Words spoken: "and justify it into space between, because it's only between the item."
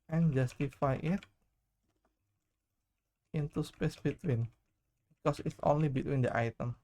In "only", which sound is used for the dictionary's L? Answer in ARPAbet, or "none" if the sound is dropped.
L